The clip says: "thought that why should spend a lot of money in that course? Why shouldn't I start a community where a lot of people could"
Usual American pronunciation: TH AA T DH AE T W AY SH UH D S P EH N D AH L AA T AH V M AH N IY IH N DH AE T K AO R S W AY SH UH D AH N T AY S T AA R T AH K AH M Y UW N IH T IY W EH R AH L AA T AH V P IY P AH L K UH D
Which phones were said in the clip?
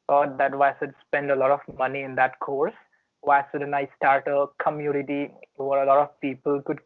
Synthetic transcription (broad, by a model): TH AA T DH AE T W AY S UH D S P EH N D AH L AA T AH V M AH N IY IH N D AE T K AO R S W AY S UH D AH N AY S T AA R T AH K AH M Y UW N IH T IY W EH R AH L AA T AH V P IY P AH L K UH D